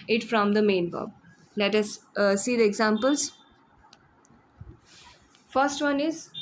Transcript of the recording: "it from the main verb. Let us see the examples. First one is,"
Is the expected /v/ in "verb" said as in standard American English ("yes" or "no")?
no